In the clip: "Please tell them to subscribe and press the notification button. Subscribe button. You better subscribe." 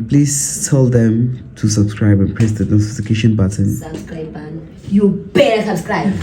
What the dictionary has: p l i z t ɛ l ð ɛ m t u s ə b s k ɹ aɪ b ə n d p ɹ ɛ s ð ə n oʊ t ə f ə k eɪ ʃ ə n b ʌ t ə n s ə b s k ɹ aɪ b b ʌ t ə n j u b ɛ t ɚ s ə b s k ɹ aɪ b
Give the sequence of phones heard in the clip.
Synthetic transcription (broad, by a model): p l i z t ɛ l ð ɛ m t u s ə b s k ɹ aɪ b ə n p ɹ ɛ s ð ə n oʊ s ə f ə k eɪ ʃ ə n b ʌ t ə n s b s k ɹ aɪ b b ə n j u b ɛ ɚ s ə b s k ɹ aɪ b